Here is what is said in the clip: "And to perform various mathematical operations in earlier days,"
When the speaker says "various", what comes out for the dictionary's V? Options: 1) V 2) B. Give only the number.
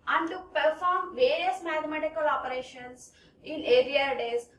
1